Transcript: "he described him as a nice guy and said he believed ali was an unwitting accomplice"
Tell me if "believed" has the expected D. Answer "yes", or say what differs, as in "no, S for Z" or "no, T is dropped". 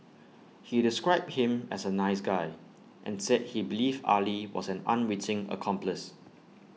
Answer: no, D is dropped